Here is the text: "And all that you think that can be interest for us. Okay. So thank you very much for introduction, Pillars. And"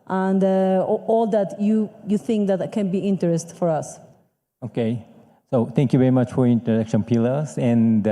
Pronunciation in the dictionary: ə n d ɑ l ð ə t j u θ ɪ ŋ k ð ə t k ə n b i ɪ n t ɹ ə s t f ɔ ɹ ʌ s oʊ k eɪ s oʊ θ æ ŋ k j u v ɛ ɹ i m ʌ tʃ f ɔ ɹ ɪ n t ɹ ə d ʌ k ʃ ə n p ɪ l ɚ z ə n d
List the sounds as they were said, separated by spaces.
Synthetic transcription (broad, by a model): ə n d ɑ l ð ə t j u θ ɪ ŋ k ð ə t k ə n b i ɪ n t ɹ ə s t f ɔ ɹ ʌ s oʊ k eɪ s oʊ t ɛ ŋ k j u v ɛ ɹ i m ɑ tʃ f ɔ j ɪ n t ɹ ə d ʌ k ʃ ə n p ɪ l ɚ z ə n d